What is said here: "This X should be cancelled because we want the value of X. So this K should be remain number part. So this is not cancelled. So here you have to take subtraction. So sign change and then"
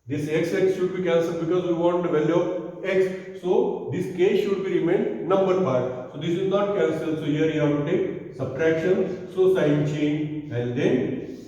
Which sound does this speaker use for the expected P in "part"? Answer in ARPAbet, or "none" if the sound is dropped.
F